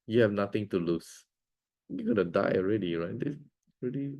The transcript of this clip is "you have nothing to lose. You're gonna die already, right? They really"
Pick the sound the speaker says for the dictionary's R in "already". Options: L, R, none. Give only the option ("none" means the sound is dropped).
R